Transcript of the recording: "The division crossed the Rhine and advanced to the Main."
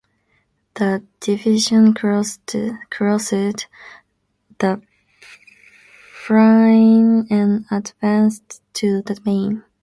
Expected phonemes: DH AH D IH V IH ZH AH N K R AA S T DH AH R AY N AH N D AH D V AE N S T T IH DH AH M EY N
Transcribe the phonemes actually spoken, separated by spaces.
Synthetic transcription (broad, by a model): DH AH D IH V IH ZH AH N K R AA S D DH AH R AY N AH N AH D V AE N S T T IH DH AH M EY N